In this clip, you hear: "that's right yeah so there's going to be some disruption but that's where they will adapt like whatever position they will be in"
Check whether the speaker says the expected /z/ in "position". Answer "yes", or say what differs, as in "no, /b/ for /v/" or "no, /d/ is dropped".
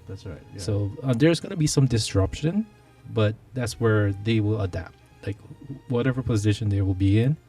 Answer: yes